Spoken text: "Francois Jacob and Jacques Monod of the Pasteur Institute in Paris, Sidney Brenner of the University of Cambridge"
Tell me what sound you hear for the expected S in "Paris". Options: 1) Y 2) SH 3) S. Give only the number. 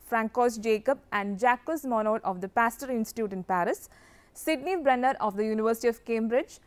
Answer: 3